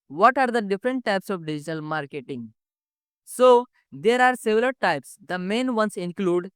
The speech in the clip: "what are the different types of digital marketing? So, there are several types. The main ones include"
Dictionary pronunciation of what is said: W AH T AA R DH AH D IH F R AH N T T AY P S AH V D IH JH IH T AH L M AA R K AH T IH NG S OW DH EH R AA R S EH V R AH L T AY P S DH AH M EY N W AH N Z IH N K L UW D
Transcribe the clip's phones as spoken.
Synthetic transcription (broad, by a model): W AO T AA R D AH D IH F R AH N T T AY P S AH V D IH JH IH T AH L M AA R K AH T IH NG S OW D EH R AA R S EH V L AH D T AY P S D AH M EY N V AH N S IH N K L UW D